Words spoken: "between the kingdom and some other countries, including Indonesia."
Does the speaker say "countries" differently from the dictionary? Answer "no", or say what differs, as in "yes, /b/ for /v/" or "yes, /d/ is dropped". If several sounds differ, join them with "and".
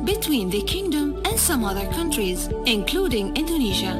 no